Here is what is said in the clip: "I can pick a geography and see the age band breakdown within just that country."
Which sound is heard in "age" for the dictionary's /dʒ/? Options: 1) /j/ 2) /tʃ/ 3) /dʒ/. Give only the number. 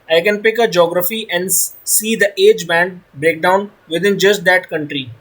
3